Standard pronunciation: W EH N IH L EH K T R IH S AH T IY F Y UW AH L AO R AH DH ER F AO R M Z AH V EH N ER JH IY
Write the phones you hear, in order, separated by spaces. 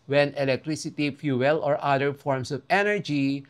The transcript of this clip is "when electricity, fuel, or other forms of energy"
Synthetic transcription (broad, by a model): W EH N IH L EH K T R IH S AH T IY F Y UW AH L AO R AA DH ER F AO R M S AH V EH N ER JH IY